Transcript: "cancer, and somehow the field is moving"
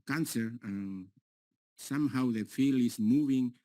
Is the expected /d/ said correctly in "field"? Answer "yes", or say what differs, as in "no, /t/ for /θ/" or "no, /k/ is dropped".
no, /d/ is dropped